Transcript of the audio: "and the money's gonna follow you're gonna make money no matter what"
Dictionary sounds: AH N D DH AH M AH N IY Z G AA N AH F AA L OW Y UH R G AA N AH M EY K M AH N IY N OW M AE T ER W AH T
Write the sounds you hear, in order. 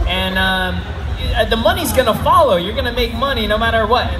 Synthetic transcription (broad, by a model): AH N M DH AH M AH N IY Z G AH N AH F AA L OW Y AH R G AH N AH M EY K M AH N IY N OW M AE T ER W AH T